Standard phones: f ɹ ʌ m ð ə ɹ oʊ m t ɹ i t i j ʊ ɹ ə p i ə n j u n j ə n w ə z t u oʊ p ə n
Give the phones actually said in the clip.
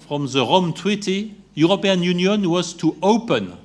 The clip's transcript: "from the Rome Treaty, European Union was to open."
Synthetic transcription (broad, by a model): f ɹ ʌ m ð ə ɹ oʊ m t w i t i j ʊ ɹ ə p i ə n j u n j ə n w ə z t u oʊ p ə n